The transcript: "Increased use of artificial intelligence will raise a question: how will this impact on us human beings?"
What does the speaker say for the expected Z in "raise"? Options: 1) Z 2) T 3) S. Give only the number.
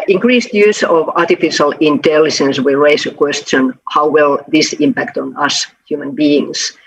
3